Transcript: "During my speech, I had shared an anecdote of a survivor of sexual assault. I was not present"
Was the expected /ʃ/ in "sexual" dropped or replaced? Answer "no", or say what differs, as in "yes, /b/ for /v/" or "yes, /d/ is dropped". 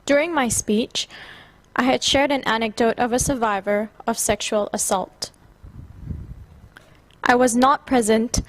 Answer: no